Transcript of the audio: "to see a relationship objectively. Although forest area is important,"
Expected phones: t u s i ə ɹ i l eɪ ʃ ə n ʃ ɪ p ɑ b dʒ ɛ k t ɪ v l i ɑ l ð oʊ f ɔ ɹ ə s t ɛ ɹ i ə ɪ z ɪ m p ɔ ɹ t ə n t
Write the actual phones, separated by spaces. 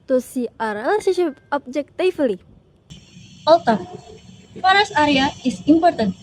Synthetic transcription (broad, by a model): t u s i ə ɹ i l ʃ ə ʃ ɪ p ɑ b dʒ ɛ k t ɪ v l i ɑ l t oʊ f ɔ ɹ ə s ɑ ɹ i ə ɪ s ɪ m p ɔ ɹ t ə n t